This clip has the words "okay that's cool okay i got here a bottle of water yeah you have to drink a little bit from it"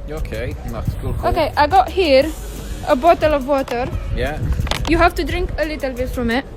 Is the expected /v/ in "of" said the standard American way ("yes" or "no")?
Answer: yes